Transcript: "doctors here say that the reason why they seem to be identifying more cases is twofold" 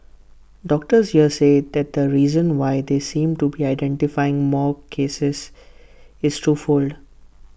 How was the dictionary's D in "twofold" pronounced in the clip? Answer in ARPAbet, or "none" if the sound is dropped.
D